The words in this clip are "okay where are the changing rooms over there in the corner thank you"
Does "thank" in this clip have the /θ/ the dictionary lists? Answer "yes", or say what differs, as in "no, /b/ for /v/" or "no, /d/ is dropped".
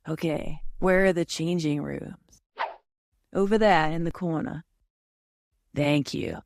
yes